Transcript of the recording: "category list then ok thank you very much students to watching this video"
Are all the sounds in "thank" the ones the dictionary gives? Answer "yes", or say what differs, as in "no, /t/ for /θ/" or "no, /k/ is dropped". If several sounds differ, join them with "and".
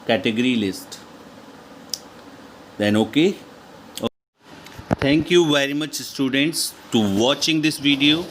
no, /t/ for /θ/